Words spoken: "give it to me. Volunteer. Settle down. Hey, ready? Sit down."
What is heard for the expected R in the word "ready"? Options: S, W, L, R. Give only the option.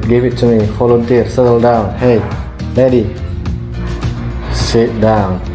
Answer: L